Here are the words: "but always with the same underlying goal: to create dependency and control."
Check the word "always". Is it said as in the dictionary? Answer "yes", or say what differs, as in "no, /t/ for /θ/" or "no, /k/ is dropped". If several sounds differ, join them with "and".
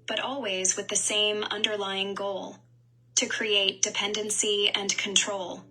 yes